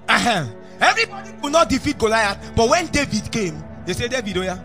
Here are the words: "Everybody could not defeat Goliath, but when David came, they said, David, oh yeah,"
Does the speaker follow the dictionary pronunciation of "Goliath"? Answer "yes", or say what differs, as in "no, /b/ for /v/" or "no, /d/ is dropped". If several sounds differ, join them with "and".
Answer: no, /t/ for /θ/